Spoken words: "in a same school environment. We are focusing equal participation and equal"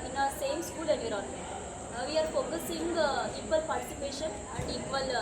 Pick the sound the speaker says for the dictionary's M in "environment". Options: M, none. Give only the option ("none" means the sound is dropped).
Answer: none